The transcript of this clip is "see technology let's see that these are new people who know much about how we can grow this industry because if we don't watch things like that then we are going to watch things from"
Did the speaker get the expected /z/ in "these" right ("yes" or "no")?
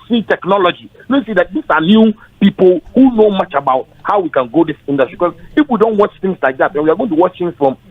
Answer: no